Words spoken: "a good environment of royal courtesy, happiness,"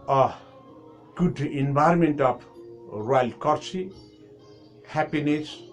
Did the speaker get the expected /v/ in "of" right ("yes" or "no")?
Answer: no